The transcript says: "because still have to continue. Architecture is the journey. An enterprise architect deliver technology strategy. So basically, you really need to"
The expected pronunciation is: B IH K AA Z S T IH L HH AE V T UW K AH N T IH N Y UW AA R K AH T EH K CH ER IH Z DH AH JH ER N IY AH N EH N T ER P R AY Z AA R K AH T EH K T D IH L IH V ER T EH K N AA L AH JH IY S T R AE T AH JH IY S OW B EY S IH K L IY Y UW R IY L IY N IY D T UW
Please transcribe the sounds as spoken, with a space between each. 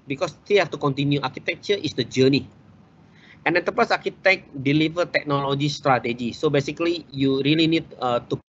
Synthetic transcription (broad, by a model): B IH K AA S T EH HH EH F T UW K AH N T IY N Y UW AA R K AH T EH K CH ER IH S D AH JH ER N IY AH N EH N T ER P AY S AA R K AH T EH K D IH L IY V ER T EH K N AA L AH JH IY S T R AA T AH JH IY S OW B EY S IH K L IY Y UW R IY L IY N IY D T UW